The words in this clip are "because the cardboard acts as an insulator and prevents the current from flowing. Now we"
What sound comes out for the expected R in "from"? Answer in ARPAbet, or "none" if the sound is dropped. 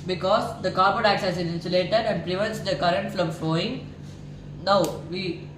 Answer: L